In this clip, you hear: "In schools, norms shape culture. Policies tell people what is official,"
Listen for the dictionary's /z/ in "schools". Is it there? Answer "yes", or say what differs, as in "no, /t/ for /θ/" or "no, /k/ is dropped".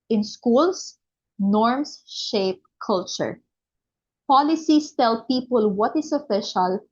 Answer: no, /s/ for /z/